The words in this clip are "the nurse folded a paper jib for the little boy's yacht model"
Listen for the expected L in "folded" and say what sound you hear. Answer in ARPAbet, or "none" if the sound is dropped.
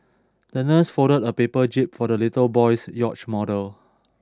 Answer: none